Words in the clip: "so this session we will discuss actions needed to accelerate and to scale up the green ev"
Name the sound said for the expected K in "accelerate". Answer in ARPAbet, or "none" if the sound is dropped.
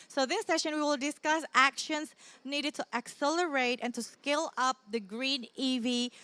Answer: K